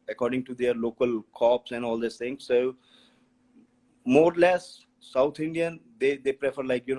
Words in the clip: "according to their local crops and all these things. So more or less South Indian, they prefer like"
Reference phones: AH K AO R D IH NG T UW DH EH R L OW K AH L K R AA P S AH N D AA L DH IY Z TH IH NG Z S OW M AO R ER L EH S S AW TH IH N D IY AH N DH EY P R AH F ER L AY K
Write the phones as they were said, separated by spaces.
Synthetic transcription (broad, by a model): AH K AO R D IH NG T UW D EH R L OW K AH L K AA P S AH N D AA L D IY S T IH NG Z S OW M AO R L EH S S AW T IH N D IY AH N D EY P R AH F ER L AY K